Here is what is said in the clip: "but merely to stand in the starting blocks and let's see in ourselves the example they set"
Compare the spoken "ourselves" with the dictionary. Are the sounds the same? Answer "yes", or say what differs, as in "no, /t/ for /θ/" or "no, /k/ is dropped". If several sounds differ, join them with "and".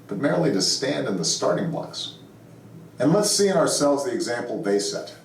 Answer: yes